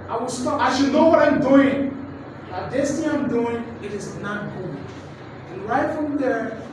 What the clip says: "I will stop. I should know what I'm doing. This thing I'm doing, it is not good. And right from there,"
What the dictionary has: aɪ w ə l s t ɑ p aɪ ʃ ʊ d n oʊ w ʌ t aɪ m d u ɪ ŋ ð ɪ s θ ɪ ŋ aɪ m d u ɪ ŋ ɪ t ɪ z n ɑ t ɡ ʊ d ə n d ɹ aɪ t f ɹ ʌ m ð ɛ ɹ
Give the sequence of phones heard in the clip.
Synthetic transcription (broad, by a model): aɪ w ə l s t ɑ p aɪ ʃ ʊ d n oʊ w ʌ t aɪ m d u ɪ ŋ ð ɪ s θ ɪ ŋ aɪ m d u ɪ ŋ ɪ t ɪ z n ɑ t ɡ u ə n ɹ aɪ t f ɹ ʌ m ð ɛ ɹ